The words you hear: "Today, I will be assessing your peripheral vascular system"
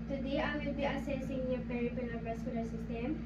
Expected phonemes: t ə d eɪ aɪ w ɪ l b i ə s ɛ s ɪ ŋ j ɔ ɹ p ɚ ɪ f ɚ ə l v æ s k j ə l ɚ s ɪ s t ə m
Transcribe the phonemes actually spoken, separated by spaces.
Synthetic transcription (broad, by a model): t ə d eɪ aɪ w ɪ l b i ə s ɛ s ɪ ŋ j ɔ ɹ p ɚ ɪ p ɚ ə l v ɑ s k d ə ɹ s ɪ s t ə m